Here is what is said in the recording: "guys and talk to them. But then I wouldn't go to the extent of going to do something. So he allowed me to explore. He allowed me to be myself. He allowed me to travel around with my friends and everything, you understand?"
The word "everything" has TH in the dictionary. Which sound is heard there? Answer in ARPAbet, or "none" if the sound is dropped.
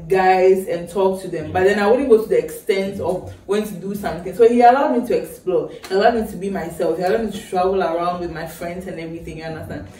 TH